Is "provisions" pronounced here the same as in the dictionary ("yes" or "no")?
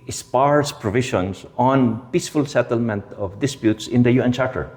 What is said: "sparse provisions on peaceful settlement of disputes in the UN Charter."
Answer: no